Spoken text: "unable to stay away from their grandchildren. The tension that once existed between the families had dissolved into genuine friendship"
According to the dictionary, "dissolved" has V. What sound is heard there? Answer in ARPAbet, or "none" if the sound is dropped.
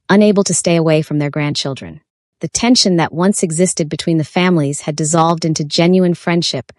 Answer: V